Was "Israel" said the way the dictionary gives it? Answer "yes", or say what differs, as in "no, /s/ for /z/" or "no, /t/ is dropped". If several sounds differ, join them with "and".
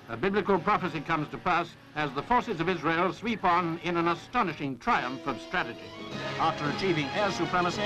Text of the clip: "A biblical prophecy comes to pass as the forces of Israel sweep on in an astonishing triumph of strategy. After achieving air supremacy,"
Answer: yes